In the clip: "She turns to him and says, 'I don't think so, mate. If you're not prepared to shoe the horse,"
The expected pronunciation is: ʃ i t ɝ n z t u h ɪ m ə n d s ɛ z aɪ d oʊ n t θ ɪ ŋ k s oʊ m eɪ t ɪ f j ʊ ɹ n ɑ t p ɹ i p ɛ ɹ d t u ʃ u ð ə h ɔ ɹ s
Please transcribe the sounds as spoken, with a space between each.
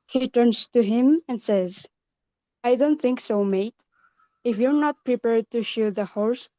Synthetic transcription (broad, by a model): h i t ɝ n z t u h ɪ m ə n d s ɛ z aɪ d oʊ n t θ ɪ ŋ k s oʊ m eɪ t ɪ f j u ɹ n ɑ t p ɹ i p ɛ ɹ d t u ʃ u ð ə h ɔ ɹ s